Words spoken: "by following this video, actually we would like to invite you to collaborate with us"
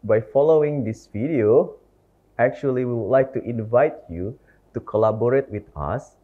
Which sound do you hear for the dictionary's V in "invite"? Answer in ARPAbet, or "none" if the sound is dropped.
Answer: V